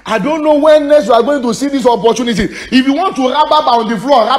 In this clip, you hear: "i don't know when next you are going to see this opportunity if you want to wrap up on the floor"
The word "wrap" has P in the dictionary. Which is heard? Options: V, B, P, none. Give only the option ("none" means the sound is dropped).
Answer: B